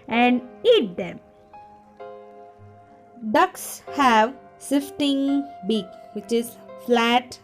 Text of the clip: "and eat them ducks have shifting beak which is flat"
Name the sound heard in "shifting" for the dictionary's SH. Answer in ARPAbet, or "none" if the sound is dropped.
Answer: S